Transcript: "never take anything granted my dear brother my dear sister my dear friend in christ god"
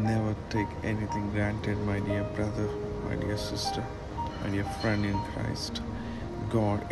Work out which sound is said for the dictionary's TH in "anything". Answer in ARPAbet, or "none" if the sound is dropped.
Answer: T